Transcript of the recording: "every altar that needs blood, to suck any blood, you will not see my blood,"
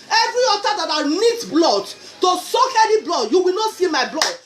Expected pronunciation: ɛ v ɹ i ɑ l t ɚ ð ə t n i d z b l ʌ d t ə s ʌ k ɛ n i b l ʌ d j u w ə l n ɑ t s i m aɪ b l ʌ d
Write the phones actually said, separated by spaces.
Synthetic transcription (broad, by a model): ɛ v ɹ i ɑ t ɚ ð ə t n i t b l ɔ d t ə s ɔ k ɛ l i b l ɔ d j u w ə l n ɑ t s i m aɪ b l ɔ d